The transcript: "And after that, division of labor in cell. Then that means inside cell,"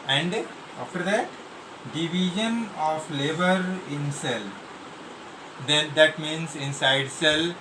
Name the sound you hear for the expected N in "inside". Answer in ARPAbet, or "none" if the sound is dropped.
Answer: N